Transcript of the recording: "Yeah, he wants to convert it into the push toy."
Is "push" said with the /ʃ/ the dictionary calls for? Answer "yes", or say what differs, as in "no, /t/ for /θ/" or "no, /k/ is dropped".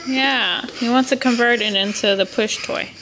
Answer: yes